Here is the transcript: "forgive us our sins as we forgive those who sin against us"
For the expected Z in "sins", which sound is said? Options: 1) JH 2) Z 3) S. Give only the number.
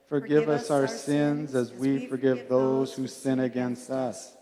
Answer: 2